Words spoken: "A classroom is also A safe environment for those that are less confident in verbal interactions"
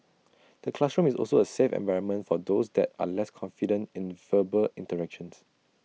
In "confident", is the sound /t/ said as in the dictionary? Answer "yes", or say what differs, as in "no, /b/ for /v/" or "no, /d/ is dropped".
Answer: yes